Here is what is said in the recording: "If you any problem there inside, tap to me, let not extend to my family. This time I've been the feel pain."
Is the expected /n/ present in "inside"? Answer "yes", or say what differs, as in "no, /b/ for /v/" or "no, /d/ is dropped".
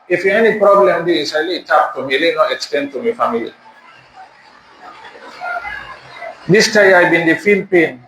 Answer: no, /n/ is dropped